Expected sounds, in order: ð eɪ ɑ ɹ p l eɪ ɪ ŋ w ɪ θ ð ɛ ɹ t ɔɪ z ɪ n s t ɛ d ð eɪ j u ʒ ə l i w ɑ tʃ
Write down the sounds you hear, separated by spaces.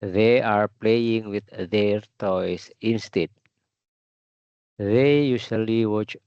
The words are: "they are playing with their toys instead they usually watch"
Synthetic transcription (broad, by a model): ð eɪ ɑ ɹ p l eɪ ɪ ŋ w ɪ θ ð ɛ ɹ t ɔɪ s ɪ n s t ɛ d ð eɪ j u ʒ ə l i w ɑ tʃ